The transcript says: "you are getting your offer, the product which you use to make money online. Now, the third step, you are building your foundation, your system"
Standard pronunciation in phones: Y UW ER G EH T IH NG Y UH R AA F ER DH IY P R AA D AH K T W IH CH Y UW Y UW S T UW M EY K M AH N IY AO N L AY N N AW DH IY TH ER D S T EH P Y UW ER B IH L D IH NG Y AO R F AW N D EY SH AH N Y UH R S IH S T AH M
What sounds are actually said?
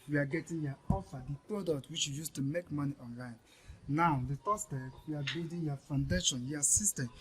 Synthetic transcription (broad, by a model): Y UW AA G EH T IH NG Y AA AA F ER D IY P R AA D AH K T W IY CH Y UW Y UW S T UW M EY K M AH N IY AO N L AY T N AW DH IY T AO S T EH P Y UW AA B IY D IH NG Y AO F AW N D EY SH AH N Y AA S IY S T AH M